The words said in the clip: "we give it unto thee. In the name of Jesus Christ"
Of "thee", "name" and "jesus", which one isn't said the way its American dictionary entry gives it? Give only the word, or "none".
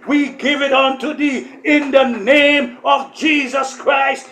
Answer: none